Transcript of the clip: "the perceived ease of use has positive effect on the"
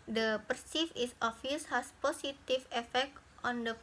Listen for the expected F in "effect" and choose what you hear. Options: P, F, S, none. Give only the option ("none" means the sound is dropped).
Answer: F